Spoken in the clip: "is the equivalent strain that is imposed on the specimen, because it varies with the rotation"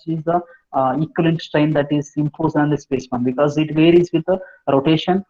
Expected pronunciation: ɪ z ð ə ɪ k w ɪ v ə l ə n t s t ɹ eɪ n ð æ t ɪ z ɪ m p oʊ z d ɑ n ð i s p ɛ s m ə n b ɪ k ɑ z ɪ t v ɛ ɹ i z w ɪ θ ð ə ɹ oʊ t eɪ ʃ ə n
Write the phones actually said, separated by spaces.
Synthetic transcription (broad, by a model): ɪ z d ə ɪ k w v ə l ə n t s t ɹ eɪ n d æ t ɪ z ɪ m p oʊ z ɑ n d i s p ɛ s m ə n b ɪ k ɑ z ɪ t v ɛ ɹ i z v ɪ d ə ɹ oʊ t eɪ ʃ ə n